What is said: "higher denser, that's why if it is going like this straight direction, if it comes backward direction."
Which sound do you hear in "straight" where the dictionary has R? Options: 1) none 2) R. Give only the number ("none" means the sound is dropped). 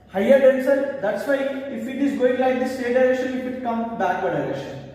1